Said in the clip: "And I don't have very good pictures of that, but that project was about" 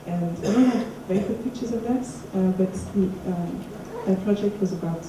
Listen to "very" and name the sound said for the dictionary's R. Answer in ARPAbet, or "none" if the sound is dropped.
none